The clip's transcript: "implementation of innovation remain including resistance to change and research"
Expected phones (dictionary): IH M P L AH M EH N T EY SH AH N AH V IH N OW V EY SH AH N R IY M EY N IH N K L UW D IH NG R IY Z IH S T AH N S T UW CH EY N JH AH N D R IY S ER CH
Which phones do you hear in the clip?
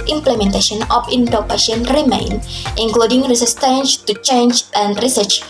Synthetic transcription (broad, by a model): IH M P L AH M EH N T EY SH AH N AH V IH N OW P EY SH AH N R IY M EY N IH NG K L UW D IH NG R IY S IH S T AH N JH T UW CH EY N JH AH N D R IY S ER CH